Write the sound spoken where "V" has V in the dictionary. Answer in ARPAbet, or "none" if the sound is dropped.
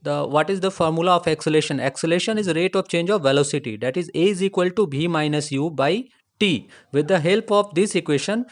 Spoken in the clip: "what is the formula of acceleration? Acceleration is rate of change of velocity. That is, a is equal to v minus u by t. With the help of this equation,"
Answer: B